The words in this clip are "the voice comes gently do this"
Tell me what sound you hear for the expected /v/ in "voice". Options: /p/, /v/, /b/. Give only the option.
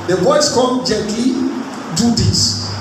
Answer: /b/